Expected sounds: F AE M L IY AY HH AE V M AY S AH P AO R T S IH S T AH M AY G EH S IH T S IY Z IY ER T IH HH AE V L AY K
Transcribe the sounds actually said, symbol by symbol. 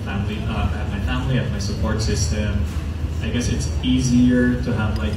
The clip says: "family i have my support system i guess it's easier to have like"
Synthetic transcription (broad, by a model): F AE M L IY AY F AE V M AY S AH P AO R T S IH S T AH M AY G EH S IH T S IY Z IY ER T IH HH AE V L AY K